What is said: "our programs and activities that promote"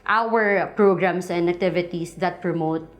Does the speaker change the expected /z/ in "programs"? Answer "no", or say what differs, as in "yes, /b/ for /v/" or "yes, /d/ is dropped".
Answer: yes, /s/ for /z/